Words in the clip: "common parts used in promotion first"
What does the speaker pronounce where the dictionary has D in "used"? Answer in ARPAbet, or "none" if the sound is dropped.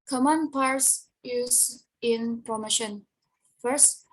none